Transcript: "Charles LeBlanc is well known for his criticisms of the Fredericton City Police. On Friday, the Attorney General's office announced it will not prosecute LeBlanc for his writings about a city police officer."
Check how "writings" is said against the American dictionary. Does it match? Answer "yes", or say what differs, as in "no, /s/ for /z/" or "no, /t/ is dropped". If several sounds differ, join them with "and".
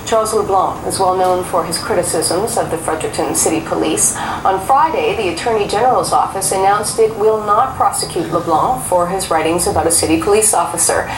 yes